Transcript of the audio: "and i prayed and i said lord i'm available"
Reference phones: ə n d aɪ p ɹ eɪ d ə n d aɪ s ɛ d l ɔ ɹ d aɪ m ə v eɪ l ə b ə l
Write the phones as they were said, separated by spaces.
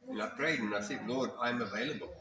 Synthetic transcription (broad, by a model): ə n aɪ p ɹ eɪ d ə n aɪ θ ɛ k l ɔ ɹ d aɪ m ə v eɪ l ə b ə l